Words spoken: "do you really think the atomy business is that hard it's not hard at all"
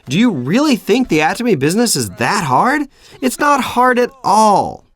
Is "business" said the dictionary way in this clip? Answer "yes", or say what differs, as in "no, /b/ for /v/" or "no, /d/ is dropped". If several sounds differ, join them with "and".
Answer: yes